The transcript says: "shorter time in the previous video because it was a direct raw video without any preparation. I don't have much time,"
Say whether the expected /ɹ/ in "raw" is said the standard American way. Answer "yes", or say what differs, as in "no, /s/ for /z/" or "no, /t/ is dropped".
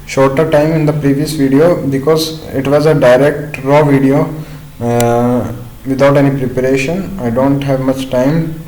yes